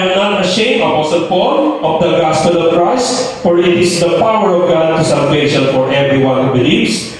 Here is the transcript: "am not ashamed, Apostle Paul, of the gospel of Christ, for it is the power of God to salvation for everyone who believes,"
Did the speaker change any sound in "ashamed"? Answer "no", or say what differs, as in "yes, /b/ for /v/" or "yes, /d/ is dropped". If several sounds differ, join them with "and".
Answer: yes, /d/ is dropped